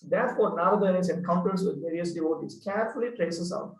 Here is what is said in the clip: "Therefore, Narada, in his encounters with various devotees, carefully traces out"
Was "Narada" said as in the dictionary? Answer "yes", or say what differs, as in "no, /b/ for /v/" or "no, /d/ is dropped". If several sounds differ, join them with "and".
no, /ɹ/ is dropped